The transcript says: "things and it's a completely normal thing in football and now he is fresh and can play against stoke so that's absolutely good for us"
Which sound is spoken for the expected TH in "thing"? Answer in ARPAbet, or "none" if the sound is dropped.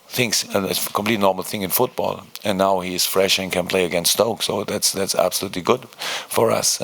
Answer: TH